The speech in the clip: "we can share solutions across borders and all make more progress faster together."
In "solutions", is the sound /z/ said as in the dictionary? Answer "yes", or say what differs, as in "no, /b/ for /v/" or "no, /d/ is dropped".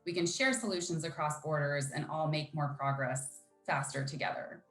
yes